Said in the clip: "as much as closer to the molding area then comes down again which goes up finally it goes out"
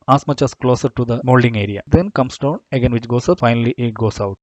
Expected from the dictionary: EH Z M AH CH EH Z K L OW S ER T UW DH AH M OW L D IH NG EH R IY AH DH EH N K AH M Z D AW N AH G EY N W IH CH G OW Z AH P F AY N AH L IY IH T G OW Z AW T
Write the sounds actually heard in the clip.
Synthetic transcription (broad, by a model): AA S M AH CH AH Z K L OW S ER T UW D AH M OW L D IH NG EH R IY AH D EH N K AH M S D AW N AH G EY N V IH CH G OW S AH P F AY N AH L IY IH T G OW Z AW T